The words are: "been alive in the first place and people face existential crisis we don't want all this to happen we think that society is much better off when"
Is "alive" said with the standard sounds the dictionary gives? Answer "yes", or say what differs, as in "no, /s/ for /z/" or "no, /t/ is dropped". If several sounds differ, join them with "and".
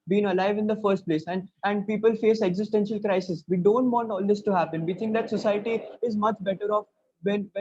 yes